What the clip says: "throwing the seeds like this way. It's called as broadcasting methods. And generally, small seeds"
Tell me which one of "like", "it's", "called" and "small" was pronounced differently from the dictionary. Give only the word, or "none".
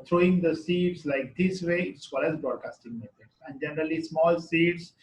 called